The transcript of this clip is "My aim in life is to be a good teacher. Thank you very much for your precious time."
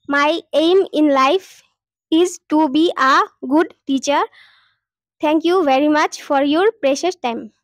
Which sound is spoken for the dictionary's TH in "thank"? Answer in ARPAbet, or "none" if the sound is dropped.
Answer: T